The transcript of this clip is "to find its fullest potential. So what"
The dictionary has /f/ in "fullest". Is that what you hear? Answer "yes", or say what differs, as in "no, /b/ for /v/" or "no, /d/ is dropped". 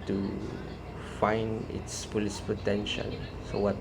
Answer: no, /p/ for /f/